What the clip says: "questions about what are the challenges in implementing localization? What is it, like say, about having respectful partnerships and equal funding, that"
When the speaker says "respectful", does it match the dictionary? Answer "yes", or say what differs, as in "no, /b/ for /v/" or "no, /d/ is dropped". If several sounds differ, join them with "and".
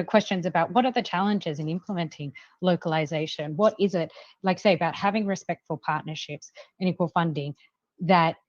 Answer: yes